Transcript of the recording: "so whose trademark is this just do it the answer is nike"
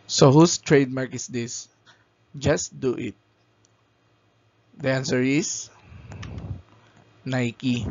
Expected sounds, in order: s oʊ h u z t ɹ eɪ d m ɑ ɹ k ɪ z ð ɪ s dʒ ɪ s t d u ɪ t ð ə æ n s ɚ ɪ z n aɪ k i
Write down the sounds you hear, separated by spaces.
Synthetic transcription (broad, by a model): s oʊ h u s t ɹ eɪ d m ɑ ɹ k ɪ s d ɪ s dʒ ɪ s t d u ɪ t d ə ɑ n s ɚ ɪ s n aɪ k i